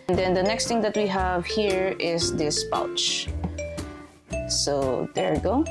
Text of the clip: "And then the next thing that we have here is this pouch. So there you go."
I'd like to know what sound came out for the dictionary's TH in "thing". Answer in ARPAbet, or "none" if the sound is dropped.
T